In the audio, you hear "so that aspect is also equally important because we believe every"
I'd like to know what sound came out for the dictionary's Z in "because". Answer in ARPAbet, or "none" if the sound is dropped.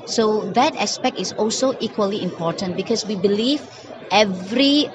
S